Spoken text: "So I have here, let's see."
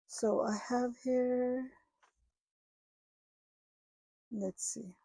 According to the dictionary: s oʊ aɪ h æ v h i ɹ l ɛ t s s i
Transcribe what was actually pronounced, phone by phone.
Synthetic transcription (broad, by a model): s oʊ aɪ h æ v h i ɹ n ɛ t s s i